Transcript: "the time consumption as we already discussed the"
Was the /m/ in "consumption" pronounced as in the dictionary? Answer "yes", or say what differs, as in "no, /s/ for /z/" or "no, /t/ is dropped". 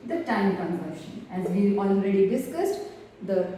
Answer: no, /m/ is dropped